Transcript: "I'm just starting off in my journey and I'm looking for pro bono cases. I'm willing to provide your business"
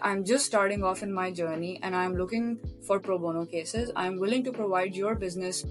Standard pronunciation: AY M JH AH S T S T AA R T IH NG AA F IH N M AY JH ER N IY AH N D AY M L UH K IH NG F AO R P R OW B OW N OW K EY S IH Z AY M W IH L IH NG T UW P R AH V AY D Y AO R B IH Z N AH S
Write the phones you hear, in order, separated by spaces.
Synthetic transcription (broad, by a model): AY M JH AH S T S T AA R T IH NG AA F IH N M AY JH ER N IY AH N D AY M L UH K IH NG F AO R P R OW B OW N OW K EY S IH Z AY M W IH L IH NG T UW P R AH V AY D Y AO R B IH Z N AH S